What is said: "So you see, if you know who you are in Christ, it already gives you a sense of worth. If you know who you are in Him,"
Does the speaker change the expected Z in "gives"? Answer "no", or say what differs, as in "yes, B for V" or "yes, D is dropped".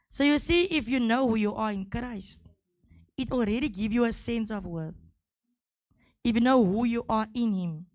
yes, Z is dropped